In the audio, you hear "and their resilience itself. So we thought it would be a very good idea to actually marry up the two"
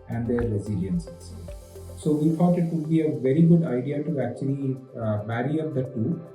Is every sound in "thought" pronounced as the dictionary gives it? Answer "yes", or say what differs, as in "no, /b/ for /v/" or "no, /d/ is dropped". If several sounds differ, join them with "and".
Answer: no, /f/ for /θ/